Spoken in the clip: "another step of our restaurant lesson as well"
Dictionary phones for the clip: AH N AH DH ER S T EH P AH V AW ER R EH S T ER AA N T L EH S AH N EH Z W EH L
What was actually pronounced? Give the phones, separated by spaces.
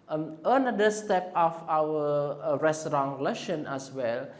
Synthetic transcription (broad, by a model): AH N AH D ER S T EH P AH F AW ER R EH S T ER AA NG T L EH SH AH N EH S W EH L